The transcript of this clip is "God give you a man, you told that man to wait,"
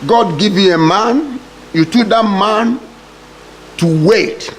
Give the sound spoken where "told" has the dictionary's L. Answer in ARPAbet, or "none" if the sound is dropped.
none